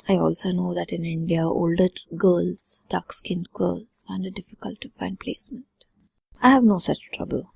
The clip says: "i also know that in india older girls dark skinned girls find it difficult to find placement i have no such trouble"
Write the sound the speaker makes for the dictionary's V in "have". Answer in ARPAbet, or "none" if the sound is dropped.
V